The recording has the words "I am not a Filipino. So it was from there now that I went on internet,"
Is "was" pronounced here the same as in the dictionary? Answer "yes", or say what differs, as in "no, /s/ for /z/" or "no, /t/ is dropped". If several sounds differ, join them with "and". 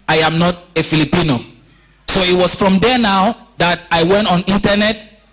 no, /s/ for /z/